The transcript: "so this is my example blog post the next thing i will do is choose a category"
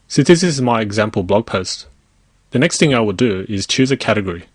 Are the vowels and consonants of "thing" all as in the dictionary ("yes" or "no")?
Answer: yes